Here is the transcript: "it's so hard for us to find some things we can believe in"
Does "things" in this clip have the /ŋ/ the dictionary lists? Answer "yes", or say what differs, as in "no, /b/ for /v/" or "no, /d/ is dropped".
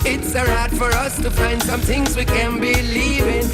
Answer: yes